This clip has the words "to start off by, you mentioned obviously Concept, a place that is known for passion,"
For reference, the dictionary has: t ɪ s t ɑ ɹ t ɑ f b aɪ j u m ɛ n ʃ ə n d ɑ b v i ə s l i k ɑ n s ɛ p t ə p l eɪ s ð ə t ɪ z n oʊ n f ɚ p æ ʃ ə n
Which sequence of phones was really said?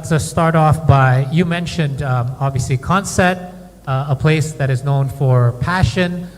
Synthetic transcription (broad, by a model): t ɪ s t ɑ ɹ t ɑ f b aɪ j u m ɛ n ʃ ə n d ɑ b v i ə s l i k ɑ n s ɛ t ə p l eɪ s ð ə t ɪ z n oʊ n f ɚ p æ ʃ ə n